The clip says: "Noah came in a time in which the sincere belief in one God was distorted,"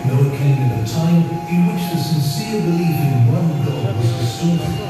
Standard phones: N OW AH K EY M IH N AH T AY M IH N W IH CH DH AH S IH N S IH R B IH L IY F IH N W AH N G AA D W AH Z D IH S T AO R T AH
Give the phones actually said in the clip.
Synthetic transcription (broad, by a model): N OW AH K EY M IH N AH T AY M IH N W IH CH DH AH S IH N S IH R B IH L IY F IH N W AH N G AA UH W AH Z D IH S T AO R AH